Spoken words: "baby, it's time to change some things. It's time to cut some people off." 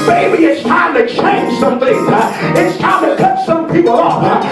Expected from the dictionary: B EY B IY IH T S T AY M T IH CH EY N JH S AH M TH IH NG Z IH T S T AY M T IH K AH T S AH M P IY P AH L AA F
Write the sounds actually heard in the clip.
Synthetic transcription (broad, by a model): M EY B IY IH T S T AY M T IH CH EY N S AH M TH IH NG IH T S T AY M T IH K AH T S AH M P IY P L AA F